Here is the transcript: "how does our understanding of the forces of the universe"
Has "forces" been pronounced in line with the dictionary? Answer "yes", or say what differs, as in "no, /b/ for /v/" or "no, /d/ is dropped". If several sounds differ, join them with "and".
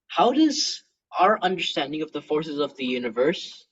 yes